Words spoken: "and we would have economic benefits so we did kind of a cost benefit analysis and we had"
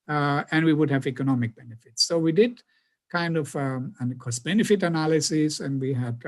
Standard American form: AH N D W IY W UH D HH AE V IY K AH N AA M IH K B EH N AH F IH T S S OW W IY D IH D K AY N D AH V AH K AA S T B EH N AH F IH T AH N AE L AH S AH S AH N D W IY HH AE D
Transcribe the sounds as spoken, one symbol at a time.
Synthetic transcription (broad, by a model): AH N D W IY W UH D HH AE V IY K AH N AA M IH K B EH N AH F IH T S S OW W IY D IH D K AY N D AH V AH K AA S B EH N AH F IH T AH N AE L AH S AH S AH N D W IY HH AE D